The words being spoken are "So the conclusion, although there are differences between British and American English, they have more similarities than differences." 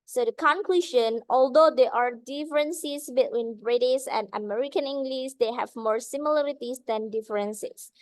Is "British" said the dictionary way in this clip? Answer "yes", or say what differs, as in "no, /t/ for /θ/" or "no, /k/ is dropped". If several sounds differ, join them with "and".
no, /s/ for /ʃ/